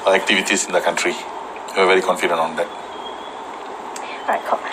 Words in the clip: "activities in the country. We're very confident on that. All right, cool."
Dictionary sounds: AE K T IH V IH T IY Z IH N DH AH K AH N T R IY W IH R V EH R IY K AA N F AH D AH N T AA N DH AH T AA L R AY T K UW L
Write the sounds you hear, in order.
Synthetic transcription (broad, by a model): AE K T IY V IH T IY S IH N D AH K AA N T R IY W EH W V EH R IY K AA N F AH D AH N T AA N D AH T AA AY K